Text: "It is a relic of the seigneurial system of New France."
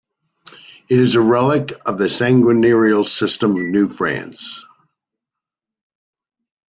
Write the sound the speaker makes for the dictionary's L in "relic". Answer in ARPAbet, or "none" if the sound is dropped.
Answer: L